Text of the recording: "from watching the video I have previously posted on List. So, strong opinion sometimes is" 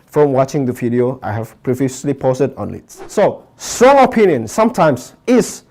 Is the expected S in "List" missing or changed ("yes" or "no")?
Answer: yes